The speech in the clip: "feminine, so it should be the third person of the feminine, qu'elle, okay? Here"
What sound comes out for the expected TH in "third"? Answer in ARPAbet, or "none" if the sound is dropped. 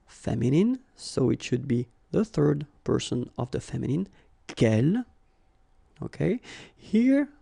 TH